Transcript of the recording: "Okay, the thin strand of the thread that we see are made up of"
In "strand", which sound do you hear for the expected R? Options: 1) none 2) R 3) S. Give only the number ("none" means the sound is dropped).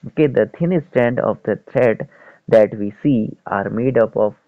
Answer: 1